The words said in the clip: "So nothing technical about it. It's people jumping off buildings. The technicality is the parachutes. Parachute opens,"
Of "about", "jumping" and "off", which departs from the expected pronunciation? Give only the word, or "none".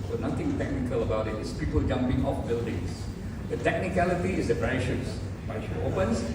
none